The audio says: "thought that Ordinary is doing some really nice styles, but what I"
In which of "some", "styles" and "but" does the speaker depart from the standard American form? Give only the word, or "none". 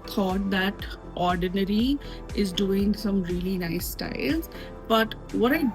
none